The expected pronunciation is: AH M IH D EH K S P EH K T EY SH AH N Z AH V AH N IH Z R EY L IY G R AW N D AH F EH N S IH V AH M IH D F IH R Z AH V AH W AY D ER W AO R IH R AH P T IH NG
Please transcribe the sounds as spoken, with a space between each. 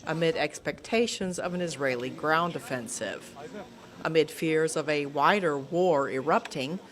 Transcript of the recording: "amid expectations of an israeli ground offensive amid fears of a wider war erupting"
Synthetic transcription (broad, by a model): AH M IH D EH K S P EH K T EY SH AH N Z AH V AH N IH Z R EY L IY G R AW N D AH F EH N S IH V AH M IH D F IH R Z AH V AH W AY D ER W AO R IH R AH P T IH NG